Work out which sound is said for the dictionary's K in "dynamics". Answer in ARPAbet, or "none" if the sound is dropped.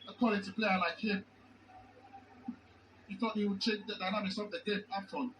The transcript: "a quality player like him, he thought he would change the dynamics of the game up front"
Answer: none